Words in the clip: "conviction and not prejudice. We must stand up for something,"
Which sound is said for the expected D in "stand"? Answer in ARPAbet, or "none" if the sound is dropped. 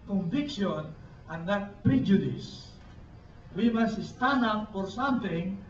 none